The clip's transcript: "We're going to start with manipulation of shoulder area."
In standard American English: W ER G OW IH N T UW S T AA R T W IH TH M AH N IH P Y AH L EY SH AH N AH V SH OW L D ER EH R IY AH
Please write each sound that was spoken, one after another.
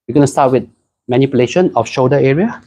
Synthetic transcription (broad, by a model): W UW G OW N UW S T AA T W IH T M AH N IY P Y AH L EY SH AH N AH F SH OW D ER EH R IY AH